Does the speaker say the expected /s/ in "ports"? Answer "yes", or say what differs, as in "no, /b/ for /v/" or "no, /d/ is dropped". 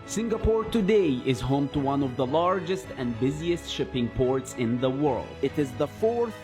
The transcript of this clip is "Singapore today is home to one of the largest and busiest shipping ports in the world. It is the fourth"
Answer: yes